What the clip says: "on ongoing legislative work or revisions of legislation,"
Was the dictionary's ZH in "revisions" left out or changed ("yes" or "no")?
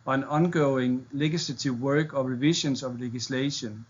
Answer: yes